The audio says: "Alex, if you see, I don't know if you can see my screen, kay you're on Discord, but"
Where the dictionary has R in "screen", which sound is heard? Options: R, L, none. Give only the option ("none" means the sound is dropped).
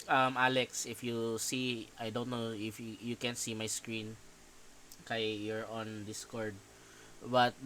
R